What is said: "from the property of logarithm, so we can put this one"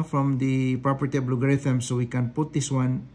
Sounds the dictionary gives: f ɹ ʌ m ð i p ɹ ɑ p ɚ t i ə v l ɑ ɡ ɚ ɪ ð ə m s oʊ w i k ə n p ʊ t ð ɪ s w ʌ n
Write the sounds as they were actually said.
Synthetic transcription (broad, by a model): f ɹ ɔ m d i p ɹ ɑ p ɚ t i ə b l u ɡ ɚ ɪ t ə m s oʊ w i k ə n p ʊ t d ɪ s w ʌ n